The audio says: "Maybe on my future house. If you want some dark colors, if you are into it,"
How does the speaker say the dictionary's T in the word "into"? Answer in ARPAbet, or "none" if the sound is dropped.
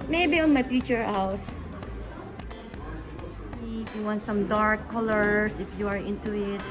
T